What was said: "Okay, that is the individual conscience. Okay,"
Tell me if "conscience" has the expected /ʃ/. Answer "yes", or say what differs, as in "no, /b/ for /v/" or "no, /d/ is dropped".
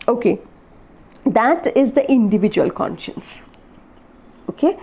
yes